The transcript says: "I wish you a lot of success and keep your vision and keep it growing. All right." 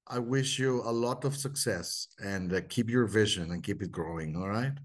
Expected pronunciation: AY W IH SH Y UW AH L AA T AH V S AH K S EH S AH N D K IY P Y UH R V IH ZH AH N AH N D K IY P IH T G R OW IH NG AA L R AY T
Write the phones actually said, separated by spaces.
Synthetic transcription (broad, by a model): AY W IH SH Y UW AH L AA T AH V S AH K S EH S AH N D K IY P Y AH R V IH ZH AH N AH N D K IY P IH T G R OW IH NG AA L R AY T